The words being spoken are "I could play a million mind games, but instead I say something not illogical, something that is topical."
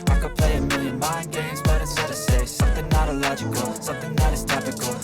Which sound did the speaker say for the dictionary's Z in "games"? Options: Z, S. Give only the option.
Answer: Z